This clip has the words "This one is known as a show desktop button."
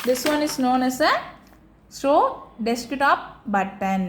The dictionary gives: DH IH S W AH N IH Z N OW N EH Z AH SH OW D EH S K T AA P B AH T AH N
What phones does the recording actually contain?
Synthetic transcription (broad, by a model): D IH S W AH N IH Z N OW N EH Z AH S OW D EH S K T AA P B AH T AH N